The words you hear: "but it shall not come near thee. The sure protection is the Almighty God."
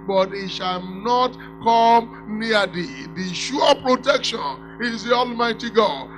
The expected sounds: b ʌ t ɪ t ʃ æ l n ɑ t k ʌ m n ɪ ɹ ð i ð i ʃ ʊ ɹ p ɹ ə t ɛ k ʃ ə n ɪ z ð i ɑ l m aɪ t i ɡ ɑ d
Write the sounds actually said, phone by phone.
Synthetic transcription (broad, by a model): b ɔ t ɪ t ʃ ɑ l n ɑ t k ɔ m n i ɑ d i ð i ʃ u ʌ p ɹ ə t ɛ k ʃ ə n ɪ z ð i ɑ l m aɪ t i ɡ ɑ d